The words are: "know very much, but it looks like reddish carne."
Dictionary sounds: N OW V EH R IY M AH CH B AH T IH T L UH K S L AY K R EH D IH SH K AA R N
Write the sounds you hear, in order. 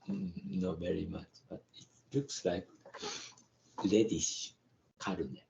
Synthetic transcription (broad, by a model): N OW V EH R IY M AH CH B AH T IH T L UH K S L AY K L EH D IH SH K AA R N